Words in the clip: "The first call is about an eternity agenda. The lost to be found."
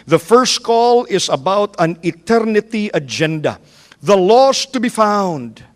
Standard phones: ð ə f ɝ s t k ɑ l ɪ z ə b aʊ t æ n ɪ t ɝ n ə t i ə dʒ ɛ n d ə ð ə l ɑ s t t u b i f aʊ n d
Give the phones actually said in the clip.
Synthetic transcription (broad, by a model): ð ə f ɝ s t k ɑ l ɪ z ə b aʊ t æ n ɪ t ɝ n ə t i ə dʒ ɛ n d ə ð ə l ɑ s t t u b i f aʊ n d